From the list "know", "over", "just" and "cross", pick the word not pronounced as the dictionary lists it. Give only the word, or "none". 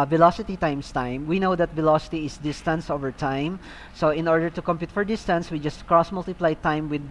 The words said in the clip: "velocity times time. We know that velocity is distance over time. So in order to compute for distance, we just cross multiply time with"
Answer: none